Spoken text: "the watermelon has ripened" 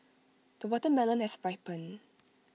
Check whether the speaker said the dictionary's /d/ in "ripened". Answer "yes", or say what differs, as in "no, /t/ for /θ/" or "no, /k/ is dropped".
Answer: no, /d/ is dropped